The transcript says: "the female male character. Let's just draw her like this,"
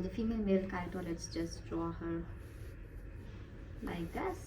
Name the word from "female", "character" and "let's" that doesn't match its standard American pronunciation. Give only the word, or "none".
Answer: character